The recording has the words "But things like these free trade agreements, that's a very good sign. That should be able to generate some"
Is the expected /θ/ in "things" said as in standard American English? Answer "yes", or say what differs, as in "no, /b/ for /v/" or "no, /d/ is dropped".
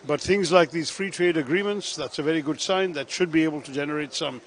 yes